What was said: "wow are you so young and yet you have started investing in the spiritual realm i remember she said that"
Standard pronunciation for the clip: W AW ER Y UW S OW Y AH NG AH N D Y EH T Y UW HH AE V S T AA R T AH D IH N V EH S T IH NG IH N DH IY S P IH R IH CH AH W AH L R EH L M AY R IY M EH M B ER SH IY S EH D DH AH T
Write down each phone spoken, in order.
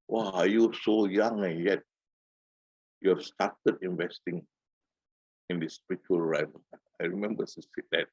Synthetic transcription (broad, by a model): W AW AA Y UW S OW Y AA NG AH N Y EH T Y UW S T AA T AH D IH N V EH S T IH NG IH N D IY S P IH R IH CH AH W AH L R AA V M AY R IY M EH M B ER S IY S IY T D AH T